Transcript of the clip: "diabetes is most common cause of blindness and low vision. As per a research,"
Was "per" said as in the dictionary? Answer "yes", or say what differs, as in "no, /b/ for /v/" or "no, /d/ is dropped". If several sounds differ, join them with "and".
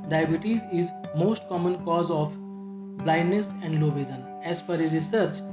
no, /f/ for /p/